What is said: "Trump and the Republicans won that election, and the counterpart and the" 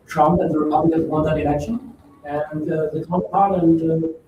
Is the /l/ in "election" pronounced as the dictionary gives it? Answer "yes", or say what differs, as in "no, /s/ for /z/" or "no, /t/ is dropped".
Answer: no, /n/ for /l/